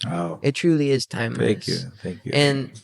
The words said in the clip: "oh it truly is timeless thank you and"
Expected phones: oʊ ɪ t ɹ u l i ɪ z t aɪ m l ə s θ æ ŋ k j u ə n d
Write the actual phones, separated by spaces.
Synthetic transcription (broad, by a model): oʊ ɪ t ɹ u l i ɪ z t aɪ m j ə θ æ ŋ k j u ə n